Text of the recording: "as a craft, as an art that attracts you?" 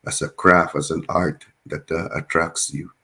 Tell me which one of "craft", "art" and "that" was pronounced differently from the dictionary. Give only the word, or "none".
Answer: craft